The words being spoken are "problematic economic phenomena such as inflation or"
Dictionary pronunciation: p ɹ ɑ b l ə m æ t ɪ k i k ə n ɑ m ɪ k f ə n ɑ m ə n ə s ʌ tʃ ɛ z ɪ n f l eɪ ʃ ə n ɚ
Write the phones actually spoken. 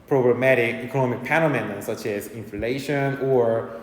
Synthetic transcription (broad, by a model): p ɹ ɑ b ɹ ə m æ t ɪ k i k ə n ɑ m ɪ k p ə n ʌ m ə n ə s ʌ tʃ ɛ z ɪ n f l eɪ ʃ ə n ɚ